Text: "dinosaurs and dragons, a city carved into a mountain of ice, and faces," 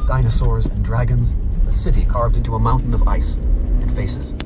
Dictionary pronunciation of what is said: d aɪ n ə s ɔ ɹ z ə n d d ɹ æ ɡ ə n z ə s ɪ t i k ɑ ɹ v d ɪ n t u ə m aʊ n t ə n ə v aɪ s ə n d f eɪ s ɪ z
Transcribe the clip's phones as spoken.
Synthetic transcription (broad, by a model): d aɪ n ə s ɔ ɹ z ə n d d ɹ æ ɡ ə n z ə s ɪ t i k ɑ ɹ v d ɪ n t u ə m aʊ n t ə n ə v aɪ s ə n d f eɪ s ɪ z